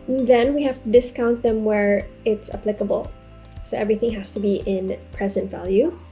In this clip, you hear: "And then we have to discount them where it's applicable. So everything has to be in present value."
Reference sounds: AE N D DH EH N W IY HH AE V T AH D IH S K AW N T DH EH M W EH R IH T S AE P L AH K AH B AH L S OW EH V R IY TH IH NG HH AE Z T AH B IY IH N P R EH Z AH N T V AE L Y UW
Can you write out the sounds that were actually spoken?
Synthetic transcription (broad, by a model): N DH EH N W IY HH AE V T AH D IH S K AW N T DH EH M W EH R IH T S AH P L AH K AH B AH L S OW EH V R IY TH IH NG HH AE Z T AH B IY IH N P R EH Z AH N T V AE L Y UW